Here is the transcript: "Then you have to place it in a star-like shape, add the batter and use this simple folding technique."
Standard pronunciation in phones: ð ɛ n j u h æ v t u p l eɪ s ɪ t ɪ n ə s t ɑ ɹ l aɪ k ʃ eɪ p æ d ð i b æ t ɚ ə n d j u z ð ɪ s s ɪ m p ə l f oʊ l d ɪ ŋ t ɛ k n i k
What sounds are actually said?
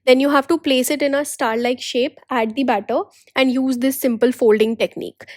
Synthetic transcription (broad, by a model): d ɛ n j u h æ v t u p l eɪ s ɪ t ɪ n ə s t ɑ ɹ l aɪ k ʃ eɪ p æ d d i b æ t ɚ ə n d j u z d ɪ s s ɪ m p ə l f oʊ l d ɪ ŋ t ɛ k n i k